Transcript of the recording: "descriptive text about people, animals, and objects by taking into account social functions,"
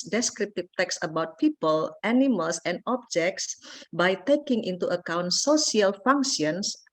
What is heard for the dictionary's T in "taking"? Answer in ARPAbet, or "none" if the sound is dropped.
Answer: T